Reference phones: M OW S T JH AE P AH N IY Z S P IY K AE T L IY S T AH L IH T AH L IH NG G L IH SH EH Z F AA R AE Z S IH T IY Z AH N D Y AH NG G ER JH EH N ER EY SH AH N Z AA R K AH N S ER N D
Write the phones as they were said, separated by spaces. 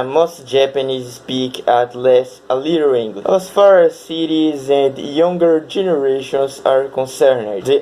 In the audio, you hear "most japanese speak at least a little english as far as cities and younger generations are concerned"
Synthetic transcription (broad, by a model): M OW S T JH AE P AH N IY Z S P IY K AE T L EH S AH L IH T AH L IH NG G L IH EH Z F AA R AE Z S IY T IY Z AH N D Y AH NG G ER JH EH N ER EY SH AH N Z AA R K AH N S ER N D